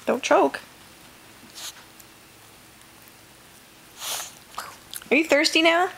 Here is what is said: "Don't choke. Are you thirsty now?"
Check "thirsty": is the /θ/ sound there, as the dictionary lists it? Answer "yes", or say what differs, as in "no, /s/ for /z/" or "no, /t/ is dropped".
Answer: yes